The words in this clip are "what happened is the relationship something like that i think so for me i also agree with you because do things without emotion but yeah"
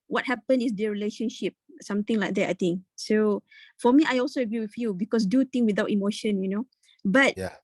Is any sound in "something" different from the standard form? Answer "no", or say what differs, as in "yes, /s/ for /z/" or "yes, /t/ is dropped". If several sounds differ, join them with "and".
yes, /t/ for /θ/